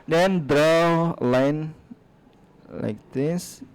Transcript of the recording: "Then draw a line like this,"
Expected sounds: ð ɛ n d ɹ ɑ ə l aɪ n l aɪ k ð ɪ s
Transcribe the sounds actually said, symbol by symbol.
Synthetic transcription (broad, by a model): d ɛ n d ɹ ɑ l aɪ n l aɪ k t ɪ s